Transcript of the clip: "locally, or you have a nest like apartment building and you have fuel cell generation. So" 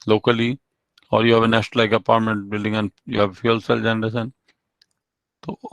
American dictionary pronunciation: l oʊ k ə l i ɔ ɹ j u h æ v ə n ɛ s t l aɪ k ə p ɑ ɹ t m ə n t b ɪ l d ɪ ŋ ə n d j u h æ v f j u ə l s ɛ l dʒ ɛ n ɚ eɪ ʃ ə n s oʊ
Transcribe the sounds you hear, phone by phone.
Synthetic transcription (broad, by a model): l oʊ k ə l i ɔ ɹ j u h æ v ə n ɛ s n l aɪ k ə p ɑ ɹ t m ə n t b ɪ l d ɪ ŋ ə n j u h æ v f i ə l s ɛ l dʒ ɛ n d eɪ s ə n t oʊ